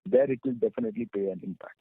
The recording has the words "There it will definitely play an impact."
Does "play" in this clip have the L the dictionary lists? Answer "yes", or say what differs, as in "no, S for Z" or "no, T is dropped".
no, L is dropped